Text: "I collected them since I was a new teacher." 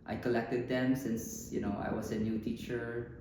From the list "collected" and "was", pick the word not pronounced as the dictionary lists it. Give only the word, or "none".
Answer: was